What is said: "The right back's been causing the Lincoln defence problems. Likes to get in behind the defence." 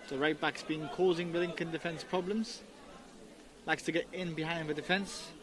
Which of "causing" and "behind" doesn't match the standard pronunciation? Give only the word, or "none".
none